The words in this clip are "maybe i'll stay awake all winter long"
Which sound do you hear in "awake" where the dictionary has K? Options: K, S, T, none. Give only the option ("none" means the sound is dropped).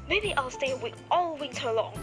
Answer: none